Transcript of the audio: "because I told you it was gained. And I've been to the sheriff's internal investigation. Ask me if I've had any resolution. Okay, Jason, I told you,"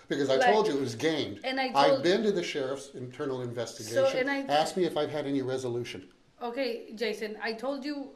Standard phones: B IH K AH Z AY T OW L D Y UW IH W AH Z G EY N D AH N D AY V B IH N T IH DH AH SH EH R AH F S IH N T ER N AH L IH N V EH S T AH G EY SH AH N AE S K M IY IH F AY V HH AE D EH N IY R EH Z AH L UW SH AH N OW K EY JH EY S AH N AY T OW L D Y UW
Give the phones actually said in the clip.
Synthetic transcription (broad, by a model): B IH K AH Z AY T OW L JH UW IH W AH Z G EY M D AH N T AY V B IH N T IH DH AH SH EH R AH F S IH N T ER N L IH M V EH S T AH G EY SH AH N AE S K M IY IH F AY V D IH D EH N IY R EH Z AH L UW SH AH N OW K EY JH EY S AH N AY T OW L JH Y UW